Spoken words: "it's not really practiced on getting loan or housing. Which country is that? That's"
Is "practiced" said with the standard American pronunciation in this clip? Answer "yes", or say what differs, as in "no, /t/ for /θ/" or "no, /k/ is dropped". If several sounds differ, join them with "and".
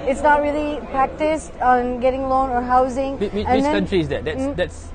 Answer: yes